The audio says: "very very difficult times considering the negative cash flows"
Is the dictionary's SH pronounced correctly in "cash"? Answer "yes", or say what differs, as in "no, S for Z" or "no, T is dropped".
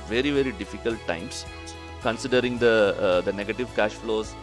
yes